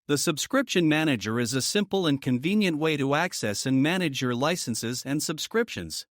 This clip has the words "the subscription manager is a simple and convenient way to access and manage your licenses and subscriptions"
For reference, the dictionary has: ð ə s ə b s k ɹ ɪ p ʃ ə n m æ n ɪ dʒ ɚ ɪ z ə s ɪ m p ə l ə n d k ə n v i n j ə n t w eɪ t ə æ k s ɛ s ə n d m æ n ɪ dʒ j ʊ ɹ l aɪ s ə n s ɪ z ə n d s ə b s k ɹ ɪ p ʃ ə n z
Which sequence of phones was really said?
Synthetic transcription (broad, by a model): ð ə s ə b s k ɹ ɪ p ʃ ə n m æ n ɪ dʒ ɚ ɪ z ə s ɪ m p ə l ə n k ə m v i n j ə n t w eɪ t ə æ k s ɛ s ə n m æ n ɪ dʒ j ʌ ɹ l aɪ s ə n s ɪ z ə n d s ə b s k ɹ ɪ p ʃ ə n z